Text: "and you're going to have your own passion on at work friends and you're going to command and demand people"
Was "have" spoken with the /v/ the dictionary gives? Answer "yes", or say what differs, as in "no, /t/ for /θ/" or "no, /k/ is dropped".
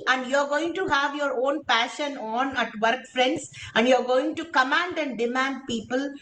yes